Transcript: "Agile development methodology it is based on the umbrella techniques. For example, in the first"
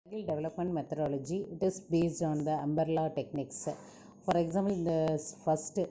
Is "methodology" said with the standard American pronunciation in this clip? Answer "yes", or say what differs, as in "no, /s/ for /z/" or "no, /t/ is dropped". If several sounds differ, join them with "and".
no, /t/ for /θ/